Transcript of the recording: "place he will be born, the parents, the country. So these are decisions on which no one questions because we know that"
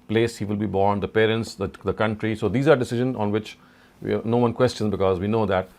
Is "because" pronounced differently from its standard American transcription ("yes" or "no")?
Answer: no